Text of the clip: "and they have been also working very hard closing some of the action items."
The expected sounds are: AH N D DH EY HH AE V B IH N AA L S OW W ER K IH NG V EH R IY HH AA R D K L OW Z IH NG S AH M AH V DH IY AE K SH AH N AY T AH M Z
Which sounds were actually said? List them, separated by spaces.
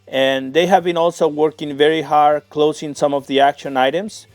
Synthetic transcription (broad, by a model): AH N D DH EY HH AE V B IH N AA L S OW W ER K IH NG V EH R IY HH AA R D K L OW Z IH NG S AH M AH V DH IY AE K SH AH N AY T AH M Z